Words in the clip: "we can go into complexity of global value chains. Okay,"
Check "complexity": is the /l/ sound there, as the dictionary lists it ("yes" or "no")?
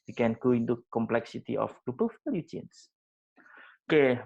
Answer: yes